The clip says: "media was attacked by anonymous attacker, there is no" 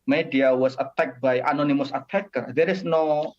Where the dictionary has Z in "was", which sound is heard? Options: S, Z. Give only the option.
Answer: S